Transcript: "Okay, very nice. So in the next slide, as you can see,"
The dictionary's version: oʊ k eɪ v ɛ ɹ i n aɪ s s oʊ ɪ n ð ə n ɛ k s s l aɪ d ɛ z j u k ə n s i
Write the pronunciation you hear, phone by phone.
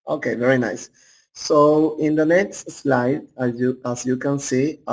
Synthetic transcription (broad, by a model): oʊ k eɪ v ɛ ɹ i n aɪ s s oʊ ɪ n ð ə n ɛ k s s l aɪ d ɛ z j u k ə n s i